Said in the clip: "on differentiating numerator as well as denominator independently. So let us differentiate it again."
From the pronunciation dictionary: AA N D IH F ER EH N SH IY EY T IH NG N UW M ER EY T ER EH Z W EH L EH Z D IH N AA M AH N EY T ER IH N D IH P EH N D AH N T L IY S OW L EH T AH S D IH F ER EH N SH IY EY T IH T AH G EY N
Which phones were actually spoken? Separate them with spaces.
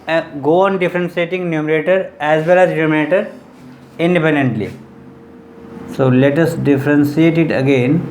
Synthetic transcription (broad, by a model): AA N D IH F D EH N S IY EY T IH NG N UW M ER EY T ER EH Z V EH L EH Z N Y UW M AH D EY T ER IH N D IH P EH N D AH N T L IY S OW L EH T AH S D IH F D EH N S IY EY T IH T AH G EY N